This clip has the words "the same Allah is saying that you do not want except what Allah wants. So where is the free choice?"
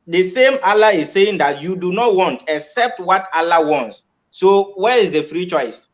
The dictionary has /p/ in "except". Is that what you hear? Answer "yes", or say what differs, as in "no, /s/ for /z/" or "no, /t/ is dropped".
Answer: yes